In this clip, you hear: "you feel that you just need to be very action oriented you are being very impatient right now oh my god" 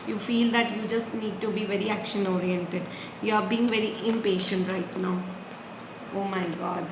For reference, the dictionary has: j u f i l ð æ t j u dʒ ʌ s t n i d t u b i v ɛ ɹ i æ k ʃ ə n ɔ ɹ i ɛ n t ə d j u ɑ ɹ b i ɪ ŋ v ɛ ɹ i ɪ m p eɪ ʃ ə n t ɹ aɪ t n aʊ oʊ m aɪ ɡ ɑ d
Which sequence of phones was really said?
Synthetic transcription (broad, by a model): j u f i l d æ t j u dʒ ʌ s t n i d t u b i v ɛ ɹ i æ k ʃ ə n ɔ ɹ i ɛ n t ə d j u ɑ ɹ b i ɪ ŋ v ɛ ɹ i ɪ m p eɪ ʃ ə n t ɹ aɪ t n aʊ oʊ m aɪ ɡ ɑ d